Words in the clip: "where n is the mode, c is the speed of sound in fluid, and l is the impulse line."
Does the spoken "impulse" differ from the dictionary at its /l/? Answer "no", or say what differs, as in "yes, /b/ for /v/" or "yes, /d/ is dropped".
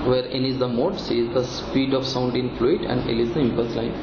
yes, /l/ is dropped